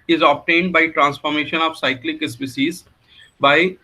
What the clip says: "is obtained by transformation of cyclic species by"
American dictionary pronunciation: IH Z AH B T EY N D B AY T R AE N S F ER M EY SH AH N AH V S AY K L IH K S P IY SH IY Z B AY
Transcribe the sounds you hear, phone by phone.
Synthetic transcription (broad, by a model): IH Z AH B T EY N D B AY T R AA N S F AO M EY SH AH N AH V S AY K L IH K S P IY S IY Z B AY